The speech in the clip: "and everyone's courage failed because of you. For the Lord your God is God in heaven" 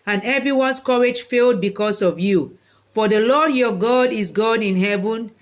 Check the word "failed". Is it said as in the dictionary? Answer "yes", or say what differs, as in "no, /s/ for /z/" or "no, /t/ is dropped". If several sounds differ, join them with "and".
yes